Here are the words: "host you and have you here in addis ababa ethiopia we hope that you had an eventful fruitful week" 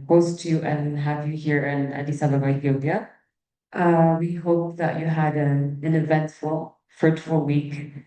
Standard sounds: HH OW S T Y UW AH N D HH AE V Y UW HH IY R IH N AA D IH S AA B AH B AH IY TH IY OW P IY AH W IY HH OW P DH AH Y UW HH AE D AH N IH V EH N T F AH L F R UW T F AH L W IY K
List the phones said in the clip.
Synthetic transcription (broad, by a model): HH OW S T Y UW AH N HH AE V Y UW HH IY R IH N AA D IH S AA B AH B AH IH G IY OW B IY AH W IY HH OW P DH AH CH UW HH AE D AH N IH V EH N T F AH L F R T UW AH W IY K